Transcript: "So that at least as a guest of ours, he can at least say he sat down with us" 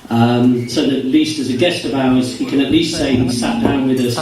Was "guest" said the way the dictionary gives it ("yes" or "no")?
yes